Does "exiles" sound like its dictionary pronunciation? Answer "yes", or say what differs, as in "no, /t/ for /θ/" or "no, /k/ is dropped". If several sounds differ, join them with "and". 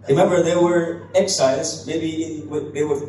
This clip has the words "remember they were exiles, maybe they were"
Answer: no, /l/ is dropped